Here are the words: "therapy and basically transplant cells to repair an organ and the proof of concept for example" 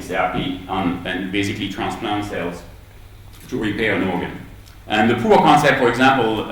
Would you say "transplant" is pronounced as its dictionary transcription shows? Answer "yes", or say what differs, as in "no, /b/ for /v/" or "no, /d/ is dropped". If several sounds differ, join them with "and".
yes